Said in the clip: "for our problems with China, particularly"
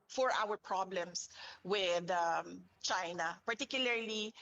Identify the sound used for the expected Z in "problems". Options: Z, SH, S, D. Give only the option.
S